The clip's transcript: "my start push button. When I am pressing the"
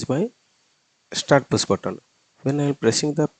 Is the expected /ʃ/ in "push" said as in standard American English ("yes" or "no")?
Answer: no